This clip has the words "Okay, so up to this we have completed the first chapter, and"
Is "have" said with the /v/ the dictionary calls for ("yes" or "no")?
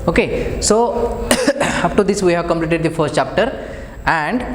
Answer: yes